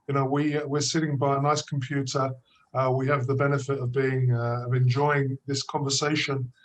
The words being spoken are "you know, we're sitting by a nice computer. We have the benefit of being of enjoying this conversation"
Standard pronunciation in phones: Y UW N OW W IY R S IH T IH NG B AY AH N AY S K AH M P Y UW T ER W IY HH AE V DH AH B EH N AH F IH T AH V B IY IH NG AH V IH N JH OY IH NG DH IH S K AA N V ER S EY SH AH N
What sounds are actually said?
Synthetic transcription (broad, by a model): Y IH N OW W IY W S IH T IH NG B AY AH N AY S K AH M P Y UW T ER W IY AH V DH AH B EH N AH F IH T AH V B IY IH NG AH V IH N JH OY IH NG DH IH S K AA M V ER S EY SH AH N